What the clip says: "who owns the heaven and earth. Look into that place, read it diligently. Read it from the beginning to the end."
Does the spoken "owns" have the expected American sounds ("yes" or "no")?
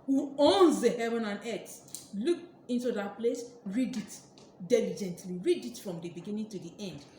yes